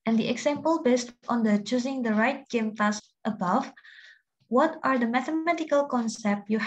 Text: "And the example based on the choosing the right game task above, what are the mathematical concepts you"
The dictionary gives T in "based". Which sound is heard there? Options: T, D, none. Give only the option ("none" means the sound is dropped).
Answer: T